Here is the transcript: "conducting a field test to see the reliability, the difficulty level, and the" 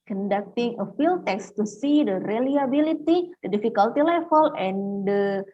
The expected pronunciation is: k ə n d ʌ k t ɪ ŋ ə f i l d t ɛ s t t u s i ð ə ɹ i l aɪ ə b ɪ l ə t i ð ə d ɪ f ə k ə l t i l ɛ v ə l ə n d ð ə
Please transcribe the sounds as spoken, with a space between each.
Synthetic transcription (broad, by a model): k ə n d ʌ k t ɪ ŋ ə f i l t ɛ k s t u s i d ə ɹ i l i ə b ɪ l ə t i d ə d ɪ f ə k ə l t i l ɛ f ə l ə n d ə